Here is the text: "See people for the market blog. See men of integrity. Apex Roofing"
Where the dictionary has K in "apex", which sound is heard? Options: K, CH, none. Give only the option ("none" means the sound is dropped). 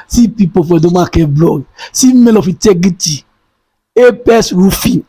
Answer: none